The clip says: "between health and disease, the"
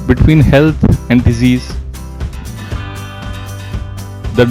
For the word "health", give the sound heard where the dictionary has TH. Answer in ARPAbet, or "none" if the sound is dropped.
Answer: T